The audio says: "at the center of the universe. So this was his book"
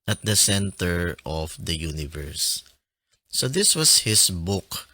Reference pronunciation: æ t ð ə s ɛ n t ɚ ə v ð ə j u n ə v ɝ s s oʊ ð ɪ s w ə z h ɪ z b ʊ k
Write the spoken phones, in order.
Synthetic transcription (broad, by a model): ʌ t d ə s ɛ n t ɚ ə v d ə j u n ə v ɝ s s oʊ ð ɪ s w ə s h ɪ s b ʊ k